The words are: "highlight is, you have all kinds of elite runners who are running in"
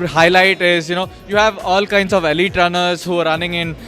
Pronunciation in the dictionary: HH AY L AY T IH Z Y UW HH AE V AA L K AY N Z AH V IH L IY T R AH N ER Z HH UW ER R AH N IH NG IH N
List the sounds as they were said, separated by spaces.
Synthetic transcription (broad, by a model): HH AY L AY T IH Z Y UW HH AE V AA L K AY N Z AH V IH L IY T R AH N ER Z HH UW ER R AH N IH NG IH N